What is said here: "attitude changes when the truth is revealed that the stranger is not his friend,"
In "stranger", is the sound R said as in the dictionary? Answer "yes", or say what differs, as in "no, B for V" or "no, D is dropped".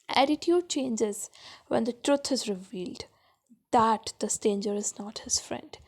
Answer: no, R is dropped